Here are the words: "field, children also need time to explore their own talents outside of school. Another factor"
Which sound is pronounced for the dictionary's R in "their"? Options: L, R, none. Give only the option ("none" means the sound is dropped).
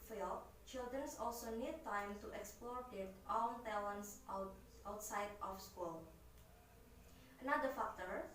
L